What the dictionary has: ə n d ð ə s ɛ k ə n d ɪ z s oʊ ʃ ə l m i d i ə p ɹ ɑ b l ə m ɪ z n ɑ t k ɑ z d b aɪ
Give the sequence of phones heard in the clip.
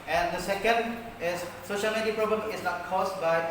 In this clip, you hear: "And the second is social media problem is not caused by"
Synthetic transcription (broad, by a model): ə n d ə s ɛ k ə n d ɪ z s oʊ ʃ ə l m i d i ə p ɹ ɑ b l ə m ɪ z n ɑ t k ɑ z b aɪ